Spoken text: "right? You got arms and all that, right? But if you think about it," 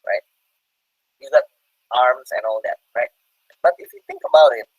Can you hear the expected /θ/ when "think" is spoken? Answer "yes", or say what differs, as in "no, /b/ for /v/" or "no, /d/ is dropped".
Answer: yes